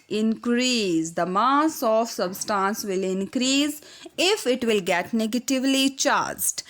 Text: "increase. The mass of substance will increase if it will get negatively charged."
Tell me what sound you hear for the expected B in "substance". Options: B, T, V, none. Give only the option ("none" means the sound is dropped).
B